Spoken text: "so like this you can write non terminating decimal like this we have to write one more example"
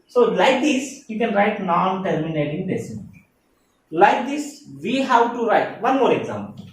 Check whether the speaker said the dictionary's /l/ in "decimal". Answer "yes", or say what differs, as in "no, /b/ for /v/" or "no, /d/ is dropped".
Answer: no, /n/ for /l/